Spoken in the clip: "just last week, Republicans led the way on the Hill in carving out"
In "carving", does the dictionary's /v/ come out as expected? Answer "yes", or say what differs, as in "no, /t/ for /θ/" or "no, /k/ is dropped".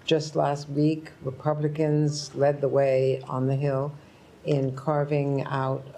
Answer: yes